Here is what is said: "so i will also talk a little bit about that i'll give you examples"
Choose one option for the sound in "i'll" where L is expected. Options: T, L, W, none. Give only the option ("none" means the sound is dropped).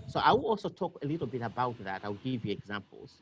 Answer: W